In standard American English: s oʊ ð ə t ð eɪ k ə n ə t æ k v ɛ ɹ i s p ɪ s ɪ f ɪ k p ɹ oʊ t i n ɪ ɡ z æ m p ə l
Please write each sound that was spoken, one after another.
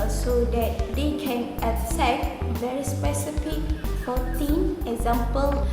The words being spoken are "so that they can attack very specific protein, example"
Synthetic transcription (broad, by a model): s oʊ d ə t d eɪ k ə n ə s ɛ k v ɛ ɹ i s p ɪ s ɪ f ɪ k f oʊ t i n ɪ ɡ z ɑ m p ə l